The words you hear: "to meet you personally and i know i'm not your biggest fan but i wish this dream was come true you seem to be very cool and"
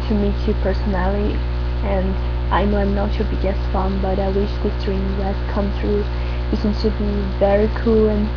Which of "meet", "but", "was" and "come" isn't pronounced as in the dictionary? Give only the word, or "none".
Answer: was